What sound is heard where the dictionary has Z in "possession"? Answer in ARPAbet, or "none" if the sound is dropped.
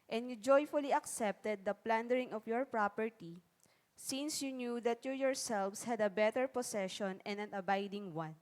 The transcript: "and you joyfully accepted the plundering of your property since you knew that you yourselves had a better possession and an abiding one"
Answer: S